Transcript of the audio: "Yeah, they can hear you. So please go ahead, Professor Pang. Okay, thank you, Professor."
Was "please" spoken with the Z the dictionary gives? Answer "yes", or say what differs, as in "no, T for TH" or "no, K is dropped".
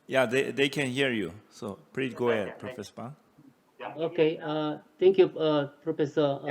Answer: no, Z is dropped